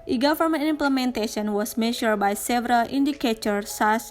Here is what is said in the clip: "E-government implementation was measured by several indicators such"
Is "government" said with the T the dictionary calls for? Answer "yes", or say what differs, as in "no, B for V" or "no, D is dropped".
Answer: no, T is dropped